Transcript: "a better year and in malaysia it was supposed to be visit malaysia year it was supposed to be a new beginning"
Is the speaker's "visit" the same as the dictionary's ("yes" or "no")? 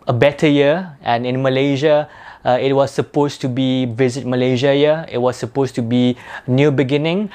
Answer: yes